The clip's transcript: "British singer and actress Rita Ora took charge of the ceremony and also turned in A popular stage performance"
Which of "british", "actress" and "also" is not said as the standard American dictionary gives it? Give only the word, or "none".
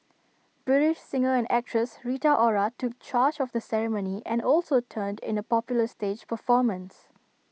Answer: none